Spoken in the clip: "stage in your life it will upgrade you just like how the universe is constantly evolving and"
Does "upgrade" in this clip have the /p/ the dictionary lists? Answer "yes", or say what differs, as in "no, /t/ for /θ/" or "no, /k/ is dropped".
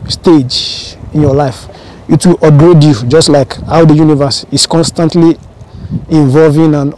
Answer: no, /p/ is dropped